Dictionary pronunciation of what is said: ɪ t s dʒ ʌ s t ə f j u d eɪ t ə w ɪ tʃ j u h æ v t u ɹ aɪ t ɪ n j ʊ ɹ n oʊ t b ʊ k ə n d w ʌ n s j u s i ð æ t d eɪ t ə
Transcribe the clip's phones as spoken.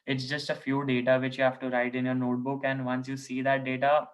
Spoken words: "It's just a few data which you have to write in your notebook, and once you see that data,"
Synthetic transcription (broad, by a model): ɪ t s dʒ ʌ s t ə f j u d eɪ t ə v ɪ tʃ j u h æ f t u ɹ aɪ t ɪ n j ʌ ɹ n oʊ t b ʊ k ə n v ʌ n s j u s i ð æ t d eɪ t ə